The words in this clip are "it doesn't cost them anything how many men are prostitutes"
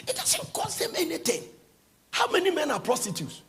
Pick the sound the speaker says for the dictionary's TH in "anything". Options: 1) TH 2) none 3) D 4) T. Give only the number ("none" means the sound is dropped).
4